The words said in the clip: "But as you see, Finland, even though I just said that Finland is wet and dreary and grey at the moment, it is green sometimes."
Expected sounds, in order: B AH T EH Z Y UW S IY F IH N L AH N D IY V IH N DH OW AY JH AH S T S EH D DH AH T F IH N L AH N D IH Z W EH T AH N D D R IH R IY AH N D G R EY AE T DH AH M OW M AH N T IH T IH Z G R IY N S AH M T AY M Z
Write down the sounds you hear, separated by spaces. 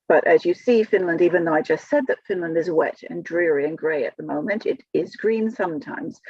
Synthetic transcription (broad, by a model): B AH T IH Z Y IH S IY F IH N L AH N D IY V IH N DH OW AY JH AH S T S EH D DH AH T F IH N L AH N D IH Z W EH T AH N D D R IH R IY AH N G R EY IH T DH AH M OW M AH N T IH T IH Z G R IY N S AH M T AY M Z